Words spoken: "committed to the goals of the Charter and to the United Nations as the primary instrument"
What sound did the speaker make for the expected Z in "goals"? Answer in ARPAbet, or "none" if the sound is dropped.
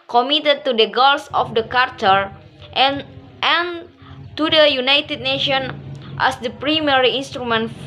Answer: S